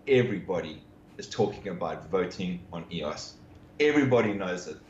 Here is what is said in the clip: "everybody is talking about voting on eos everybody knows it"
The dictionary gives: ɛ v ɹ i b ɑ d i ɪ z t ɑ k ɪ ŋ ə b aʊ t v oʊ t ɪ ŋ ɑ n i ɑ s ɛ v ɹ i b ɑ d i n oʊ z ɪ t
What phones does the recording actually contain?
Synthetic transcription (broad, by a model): ɛ v ɹ i b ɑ d i ɪ z t ɑ k ɪ ŋ ə b aʊ t v oʊ t ɪ ŋ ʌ n i ɑ s ɛ v ɹ i b ɑ d i n oʊ z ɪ t